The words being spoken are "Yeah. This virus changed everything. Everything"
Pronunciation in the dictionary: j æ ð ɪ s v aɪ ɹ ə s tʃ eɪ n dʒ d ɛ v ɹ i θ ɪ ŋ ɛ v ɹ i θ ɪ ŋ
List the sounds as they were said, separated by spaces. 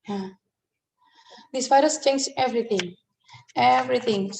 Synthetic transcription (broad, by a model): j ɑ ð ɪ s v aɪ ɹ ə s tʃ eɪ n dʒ ɛ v ɹ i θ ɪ ŋ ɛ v ɹ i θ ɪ ŋ